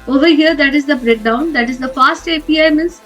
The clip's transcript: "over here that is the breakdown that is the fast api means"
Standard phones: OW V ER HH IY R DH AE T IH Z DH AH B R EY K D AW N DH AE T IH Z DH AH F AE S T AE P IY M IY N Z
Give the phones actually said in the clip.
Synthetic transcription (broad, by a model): OW V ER HH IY R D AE T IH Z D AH B R EY K D AW N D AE T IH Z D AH F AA S T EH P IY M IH N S